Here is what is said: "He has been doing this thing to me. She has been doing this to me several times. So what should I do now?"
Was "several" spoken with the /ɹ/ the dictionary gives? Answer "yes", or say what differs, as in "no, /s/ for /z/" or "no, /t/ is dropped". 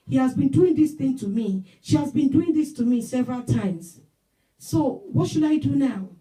yes